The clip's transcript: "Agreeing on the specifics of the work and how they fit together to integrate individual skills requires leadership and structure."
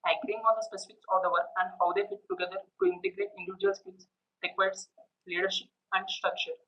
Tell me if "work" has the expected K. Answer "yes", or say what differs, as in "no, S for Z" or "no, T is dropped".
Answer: no, K is dropped